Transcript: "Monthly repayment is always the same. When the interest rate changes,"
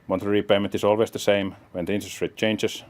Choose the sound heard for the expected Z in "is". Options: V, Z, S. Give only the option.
S